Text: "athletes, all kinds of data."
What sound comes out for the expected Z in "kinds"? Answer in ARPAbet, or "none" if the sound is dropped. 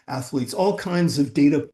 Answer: Z